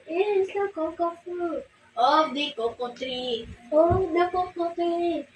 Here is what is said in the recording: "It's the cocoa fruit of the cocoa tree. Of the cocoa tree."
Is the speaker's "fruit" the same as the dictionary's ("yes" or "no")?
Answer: no